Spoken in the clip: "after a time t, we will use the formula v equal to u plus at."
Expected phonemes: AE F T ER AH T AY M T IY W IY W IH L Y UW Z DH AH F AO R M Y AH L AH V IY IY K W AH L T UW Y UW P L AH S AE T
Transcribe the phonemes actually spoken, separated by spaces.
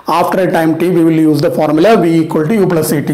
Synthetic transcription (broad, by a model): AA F T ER AH T AY M T IY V IY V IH L Y UW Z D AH F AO R M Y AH L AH V IY IY K W AH L T UW Y UW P L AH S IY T